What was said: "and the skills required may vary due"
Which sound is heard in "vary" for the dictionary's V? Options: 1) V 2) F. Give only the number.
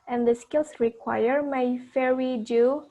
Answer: 2